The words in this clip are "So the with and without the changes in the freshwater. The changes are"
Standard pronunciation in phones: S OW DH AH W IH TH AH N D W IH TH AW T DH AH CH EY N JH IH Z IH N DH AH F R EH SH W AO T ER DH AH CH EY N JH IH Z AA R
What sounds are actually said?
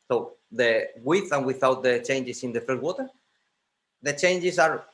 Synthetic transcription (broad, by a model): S OW DH AH W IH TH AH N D W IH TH AW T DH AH CH EY N JH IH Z IH N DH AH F EH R W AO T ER DH AH CH EY N JH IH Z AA R